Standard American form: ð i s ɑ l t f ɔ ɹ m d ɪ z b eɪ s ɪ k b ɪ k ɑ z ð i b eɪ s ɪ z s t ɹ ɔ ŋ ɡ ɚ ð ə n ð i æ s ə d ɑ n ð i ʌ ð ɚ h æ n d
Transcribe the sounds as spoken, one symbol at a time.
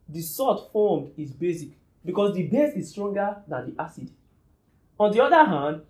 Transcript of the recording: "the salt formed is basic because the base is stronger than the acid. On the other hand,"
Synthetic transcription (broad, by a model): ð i s ɑ t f ɔ m d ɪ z b eɪ s ɪ k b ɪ k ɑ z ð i b eɪ s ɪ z s t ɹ ɔ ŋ ɡ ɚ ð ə n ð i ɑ s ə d ɑ n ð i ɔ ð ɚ h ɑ n d